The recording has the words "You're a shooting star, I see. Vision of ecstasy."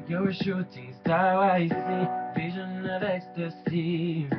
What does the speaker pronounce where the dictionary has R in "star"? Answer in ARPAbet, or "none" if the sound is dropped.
L